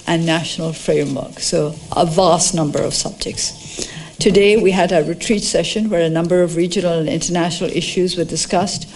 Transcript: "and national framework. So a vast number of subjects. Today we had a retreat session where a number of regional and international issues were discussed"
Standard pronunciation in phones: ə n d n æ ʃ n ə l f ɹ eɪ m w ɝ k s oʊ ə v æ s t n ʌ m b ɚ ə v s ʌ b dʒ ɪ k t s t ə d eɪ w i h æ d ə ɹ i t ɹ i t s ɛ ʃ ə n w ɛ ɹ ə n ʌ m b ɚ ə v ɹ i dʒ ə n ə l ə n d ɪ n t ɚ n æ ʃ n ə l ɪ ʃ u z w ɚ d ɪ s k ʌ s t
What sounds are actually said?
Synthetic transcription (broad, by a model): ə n n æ ʃ n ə l f ɹ eɪ m w ɝ k s oʊ ə v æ s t n ʌ m b ɚ ə v s ʌ b dʒ ɪ k t s t ə d eɪ w i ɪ d ə ɹ i t ɹ i t s ɛ ʃ ə n w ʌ ɹ ə n ʌ m b ɚ ə v ɹ i dʒ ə n l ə n ɪ n t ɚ n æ ʃ n l ɪ ʃ u z w ɚ d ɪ s k ʌ s t